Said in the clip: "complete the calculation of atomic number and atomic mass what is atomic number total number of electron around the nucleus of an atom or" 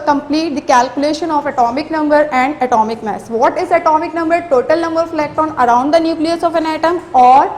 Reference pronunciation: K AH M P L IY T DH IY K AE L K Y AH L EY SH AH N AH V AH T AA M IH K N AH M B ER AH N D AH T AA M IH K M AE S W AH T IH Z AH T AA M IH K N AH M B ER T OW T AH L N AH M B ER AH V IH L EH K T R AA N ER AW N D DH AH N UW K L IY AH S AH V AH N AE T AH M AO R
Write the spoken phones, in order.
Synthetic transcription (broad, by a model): K AH M P L IY T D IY K AE L K Y AH L EY SH AH N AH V AH T AA M IH K N AH M B ER AH N D AH T AA M IH K M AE S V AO T IH Z AH T AA M IH K N AH M B ER T OW T AH L N AH M B ER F L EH K T AA N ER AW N D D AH N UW K L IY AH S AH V AH N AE T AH M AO R